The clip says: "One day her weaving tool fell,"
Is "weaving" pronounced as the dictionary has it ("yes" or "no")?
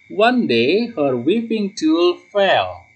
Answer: no